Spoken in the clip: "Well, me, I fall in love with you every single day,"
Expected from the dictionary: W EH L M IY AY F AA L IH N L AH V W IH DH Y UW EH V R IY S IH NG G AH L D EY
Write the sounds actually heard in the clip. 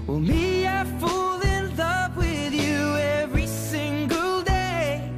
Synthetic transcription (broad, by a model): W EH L M IY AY F AA L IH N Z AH P W IH DH Y UW EH V R IY S IH NG G AH L D EY